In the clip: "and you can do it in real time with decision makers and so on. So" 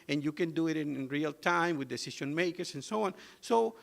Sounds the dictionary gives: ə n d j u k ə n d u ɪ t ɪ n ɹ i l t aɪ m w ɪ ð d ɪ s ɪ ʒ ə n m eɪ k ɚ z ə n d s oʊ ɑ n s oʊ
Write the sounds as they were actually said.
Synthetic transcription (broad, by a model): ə n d j u k ə n d u ɪ t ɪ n ɹ i l t aɪ m w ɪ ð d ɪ s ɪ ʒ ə n m eɪ k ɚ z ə n s oʊ ɑ n s oʊ